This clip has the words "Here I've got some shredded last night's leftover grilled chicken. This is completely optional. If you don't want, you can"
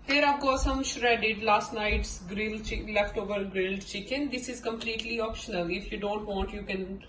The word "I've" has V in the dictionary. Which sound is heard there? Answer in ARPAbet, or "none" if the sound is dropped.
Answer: P